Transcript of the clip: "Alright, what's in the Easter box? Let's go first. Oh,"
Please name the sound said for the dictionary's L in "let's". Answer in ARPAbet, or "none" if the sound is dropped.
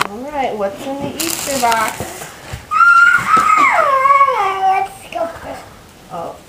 W